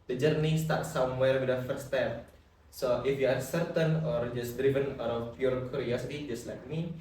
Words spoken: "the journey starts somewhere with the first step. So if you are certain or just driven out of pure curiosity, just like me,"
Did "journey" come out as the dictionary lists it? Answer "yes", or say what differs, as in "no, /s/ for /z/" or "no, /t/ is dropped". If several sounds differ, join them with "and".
yes